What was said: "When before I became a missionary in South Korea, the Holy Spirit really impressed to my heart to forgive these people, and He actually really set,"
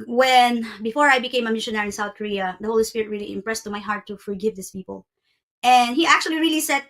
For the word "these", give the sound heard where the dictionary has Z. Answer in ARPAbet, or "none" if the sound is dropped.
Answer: S